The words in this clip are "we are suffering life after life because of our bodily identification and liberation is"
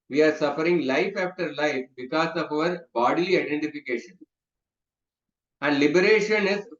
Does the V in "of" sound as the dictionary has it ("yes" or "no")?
yes